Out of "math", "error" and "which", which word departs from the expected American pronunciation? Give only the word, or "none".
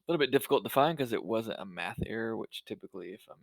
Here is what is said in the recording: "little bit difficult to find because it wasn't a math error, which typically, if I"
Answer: none